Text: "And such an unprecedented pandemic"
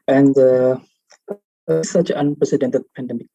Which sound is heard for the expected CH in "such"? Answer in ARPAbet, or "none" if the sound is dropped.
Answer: S